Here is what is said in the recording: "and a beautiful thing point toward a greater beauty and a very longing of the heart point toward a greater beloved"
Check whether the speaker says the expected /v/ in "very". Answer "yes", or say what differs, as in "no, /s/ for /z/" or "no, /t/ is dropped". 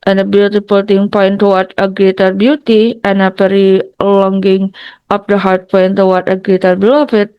no, /p/ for /v/